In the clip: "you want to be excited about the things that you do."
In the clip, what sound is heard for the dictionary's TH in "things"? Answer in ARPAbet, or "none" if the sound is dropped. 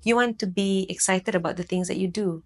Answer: T